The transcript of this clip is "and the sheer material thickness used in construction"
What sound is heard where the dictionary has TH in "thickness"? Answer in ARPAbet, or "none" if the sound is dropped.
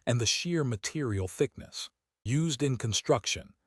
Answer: TH